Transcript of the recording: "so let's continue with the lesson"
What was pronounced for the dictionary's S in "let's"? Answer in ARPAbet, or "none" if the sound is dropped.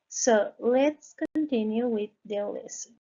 S